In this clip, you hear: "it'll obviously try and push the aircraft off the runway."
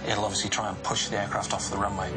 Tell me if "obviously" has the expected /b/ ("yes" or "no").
no